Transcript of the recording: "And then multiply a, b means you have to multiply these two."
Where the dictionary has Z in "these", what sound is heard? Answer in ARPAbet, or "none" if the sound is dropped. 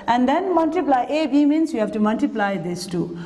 S